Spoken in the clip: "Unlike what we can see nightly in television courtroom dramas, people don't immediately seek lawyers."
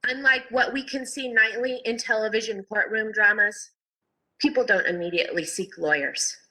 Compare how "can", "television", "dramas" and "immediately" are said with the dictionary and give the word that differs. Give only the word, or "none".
none